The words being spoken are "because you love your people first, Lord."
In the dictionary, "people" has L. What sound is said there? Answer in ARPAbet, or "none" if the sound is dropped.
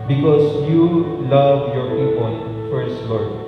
N